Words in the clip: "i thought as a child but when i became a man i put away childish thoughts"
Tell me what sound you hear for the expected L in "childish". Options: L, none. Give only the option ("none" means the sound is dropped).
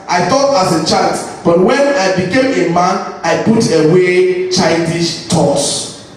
none